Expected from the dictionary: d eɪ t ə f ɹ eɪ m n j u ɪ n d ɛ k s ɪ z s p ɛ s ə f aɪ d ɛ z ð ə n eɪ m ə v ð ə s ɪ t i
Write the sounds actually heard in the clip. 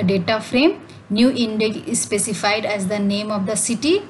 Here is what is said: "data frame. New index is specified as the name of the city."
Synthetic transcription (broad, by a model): d eɪ t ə f ɹ eɪ m n j u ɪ n d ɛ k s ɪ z s p ɛ s ə f aɪ d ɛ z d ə n eɪ m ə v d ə s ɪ t i